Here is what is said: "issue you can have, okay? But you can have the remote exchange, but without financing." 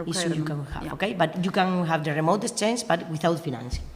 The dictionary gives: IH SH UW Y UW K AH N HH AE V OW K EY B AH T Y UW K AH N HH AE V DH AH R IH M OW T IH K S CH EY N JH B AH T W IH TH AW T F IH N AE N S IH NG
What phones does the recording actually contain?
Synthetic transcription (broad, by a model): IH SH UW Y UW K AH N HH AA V OW K EY B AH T Y UW K AH N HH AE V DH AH R IH M OW T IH S CH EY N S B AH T W IH TH AW T F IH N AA N S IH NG